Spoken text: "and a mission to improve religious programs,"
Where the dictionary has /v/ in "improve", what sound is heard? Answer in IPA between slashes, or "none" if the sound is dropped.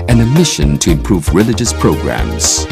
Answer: /v/